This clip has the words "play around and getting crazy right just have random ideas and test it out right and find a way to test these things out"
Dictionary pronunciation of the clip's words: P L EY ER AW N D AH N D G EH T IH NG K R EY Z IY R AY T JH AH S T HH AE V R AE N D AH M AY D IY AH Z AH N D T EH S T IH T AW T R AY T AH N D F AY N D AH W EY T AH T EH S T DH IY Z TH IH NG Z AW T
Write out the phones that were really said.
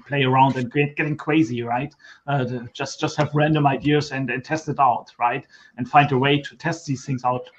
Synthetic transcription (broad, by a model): P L EY ER AW N D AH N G G EH T IH NG K W EY Z IY R AY T JH AH S T HH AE V R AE N D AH M AY D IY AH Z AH N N T EH S T IH T AW T R AY T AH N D F AY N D AH W EY T AH T EH S T DH IY Z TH IH NG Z AW T